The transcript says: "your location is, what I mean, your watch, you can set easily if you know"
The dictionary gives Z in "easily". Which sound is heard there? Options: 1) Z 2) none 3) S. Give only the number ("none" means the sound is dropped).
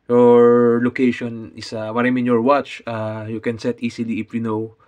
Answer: 3